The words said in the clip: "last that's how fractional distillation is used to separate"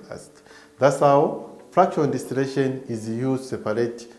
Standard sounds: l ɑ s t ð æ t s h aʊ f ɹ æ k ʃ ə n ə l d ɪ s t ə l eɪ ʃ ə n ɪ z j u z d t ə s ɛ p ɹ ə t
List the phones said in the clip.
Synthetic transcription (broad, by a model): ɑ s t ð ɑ t s h aʊ f ɹ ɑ k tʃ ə ə n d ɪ s t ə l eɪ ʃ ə n ɪ z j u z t s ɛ p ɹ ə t